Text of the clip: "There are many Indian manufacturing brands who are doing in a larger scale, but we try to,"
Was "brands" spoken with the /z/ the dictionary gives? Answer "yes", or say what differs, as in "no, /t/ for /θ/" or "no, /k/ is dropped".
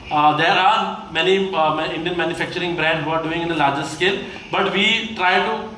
no, /z/ is dropped